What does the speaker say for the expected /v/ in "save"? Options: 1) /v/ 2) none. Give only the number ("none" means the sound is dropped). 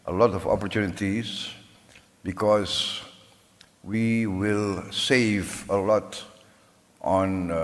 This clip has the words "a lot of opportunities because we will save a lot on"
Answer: 1